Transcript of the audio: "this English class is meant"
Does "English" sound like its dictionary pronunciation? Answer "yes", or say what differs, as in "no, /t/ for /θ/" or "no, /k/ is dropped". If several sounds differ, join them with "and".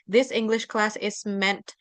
yes